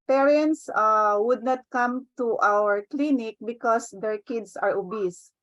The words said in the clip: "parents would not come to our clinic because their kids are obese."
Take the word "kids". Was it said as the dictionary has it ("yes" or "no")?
no